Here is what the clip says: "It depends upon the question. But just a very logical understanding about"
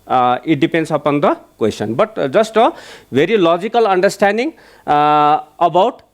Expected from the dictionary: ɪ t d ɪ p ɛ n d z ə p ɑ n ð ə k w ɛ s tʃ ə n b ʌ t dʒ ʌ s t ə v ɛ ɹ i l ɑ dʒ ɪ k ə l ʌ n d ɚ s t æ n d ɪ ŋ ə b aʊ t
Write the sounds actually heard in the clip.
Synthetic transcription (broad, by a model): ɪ t d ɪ p ɛ n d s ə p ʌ n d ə k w ɛ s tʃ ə n b ʌ t z ʌ s t ə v ɛ ɹ i l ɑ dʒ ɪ k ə l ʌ n d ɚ s t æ n d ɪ ŋ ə b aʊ t